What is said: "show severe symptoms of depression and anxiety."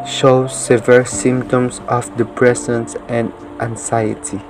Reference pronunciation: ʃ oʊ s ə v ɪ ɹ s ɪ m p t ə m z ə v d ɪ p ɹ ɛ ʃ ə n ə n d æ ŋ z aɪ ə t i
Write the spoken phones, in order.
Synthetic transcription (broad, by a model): ʃ oʊ s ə v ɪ l s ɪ m p t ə m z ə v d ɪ p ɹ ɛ s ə n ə n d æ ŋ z aɪ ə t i